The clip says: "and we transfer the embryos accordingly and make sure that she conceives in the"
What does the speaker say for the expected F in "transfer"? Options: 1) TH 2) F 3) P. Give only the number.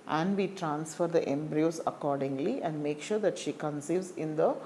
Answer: 2